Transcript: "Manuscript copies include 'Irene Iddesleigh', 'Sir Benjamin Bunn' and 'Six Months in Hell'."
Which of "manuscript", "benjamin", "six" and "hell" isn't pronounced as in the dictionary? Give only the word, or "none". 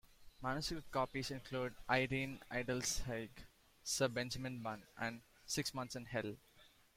manuscript